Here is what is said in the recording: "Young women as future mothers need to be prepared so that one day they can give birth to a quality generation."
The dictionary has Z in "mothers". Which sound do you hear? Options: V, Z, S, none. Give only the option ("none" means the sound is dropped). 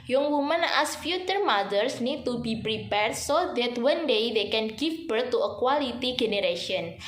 S